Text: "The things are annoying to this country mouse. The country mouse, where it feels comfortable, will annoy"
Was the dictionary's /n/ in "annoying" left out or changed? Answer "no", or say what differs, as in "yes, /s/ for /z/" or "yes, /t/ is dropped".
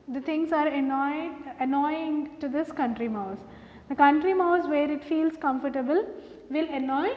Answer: no